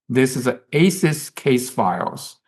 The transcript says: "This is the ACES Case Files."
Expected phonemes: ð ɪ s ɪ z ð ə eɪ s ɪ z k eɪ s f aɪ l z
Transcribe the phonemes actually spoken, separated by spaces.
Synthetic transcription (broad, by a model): ð ɪ s ɪ z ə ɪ s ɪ s k eɪ s f aɪ l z